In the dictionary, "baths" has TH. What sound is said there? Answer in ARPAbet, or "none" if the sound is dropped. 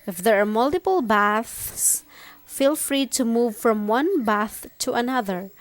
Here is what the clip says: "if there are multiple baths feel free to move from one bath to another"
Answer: TH